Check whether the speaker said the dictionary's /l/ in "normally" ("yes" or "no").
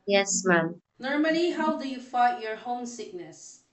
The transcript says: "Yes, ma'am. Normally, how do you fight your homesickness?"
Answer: no